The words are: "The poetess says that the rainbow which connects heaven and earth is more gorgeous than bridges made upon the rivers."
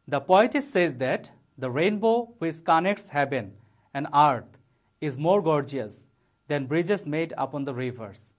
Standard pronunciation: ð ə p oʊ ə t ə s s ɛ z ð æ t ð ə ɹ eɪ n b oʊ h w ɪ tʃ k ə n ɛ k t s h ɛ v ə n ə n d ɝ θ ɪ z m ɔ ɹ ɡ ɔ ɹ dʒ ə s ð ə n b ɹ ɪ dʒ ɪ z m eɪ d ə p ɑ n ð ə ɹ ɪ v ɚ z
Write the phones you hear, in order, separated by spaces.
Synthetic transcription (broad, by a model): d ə p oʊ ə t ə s s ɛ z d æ t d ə ɹ eɪ n b oʊ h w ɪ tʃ k ə n ɛ k t s h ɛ b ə n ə n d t ɪ z m ɔ ɹ ɡ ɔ ɹ dʒ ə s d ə n b ɹ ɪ dʒ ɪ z m eɪ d ə p ɑ n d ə ɹ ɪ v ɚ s